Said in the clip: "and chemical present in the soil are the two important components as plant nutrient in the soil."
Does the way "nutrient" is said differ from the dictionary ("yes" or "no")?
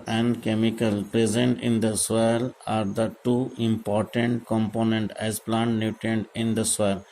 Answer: yes